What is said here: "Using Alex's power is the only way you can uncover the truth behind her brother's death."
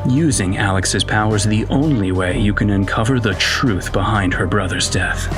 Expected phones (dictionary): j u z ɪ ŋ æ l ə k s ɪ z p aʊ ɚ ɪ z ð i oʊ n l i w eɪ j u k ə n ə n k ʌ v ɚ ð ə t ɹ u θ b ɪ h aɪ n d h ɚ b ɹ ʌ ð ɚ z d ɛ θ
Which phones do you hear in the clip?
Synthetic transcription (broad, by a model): j u z ɪ ŋ æ l ə k s ɪ z p aʊ ɚ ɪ z ð i oʊ n l i w eɪ j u k ə n ə n k ʌ v ɚ ð ə t ɹ u θ b ɪ h aɪ n d h ɚ b ɹ ʌ ð ɚ z d ɛ θ